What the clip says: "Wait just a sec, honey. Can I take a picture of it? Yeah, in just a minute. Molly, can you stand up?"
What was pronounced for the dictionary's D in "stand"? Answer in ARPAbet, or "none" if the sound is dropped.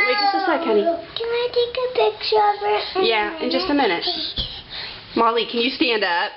D